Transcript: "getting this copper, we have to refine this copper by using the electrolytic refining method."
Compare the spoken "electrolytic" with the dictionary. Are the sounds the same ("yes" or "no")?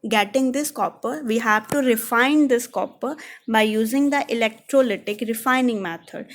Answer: yes